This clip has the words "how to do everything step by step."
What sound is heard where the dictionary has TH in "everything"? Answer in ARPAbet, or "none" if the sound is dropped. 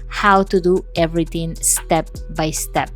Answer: T